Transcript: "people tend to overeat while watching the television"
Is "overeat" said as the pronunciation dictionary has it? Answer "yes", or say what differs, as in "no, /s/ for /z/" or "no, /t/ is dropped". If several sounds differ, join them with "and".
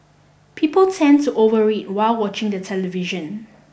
yes